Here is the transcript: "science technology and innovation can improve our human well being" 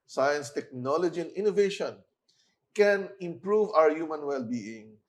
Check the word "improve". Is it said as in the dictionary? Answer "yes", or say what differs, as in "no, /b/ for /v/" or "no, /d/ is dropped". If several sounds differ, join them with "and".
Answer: yes